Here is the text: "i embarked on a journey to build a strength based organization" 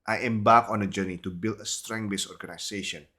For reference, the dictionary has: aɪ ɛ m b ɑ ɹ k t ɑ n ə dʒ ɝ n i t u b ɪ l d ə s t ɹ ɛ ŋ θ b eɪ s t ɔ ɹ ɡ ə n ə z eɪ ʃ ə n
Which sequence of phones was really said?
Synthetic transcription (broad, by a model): aɪ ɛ m b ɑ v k ɑ n ə dʒ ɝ n i t u b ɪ l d ə s t ɹ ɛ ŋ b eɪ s ɔ ɹ ɡ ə n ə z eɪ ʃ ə n